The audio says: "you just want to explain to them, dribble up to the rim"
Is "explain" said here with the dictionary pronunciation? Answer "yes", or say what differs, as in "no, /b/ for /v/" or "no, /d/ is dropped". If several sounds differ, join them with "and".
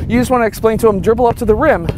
yes